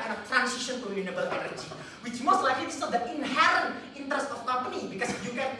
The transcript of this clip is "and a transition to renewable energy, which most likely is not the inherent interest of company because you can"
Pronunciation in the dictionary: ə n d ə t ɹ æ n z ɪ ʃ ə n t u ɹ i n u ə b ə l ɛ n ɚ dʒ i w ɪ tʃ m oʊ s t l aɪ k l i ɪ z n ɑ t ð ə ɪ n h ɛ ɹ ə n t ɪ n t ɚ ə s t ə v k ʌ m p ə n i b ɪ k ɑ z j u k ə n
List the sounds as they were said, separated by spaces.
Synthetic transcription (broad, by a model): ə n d ə t ɹ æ n s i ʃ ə n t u l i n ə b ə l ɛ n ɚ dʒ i w ɪ tʃ m oʊ s t l aɪ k l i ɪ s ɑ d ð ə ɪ n h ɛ ɹ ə n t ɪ n t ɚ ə s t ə f k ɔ m p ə n i b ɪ k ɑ s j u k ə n